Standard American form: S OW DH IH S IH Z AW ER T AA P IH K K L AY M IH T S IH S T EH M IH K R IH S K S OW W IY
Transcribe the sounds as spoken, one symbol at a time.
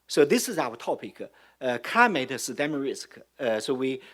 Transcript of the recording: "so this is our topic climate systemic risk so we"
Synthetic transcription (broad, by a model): S OW DH IH S IH Z AW ER T AA P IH K K AY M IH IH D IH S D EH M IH R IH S K S OW W IY